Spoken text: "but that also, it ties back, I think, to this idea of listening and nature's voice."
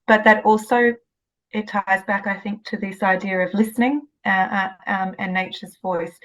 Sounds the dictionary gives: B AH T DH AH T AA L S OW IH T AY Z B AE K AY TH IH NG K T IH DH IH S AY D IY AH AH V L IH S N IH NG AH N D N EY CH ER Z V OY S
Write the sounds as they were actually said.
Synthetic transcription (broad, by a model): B AH T DH AH T AA L S OW IH T AY Z B AE K AY TH IH NG K T IH DH IH S AY D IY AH AH V L IH S N IH NG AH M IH N EY CH ER Z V OY S